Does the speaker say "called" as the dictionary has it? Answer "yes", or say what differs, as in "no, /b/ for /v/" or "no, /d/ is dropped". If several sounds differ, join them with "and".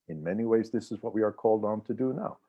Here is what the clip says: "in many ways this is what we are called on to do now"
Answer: yes